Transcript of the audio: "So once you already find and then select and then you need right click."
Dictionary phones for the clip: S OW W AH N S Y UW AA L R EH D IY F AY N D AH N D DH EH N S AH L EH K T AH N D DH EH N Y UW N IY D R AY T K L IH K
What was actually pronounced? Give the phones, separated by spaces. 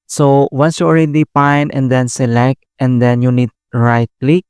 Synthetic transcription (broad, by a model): S OW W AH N S Y UW AA L R EH D IY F AY N AH N D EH N S AH L EH K T AH N D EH N Y UW N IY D R AY T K L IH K